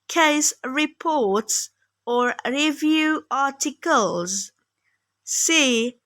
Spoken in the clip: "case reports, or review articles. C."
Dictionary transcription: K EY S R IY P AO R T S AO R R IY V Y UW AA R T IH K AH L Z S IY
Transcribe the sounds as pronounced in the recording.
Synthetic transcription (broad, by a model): K EY S R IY P AO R T S AO R R IY V Y UW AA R T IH K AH L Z S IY